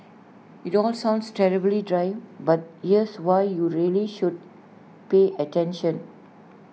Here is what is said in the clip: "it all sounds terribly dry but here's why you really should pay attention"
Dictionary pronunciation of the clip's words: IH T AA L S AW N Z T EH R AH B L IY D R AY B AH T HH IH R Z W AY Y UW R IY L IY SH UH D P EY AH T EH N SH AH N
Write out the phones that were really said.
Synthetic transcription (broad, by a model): IH T AA L S AW N S T EH R AH B L IY D R AY B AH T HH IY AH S W AY Y UW R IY L IY SH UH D P EY AH T EH N SH AH N